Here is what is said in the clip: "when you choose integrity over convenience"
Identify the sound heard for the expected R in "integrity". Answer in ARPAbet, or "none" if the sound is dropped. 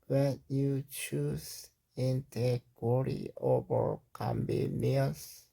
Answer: W